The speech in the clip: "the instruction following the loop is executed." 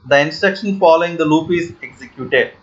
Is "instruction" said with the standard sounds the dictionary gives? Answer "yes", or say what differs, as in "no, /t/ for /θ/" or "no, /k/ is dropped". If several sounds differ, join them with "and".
yes